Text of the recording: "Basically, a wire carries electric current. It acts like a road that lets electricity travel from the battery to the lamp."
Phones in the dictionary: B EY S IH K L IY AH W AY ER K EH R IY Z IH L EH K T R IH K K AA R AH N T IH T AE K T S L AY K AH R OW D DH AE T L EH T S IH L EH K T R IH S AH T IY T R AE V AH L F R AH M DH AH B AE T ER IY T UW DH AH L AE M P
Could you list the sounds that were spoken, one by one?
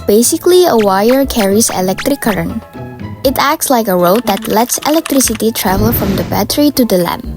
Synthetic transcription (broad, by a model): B EY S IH K L IY AH W AY ER K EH R IY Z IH L EH K T R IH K K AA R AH N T IH T AE K T S L AY K AH R OW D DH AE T L EH T S IH L EH K T R IH S AH T IY T R AE V AH L F R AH M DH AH B AE T ER IY T UW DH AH L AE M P